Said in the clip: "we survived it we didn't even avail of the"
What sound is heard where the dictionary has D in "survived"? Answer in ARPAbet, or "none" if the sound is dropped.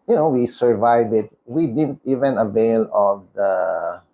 none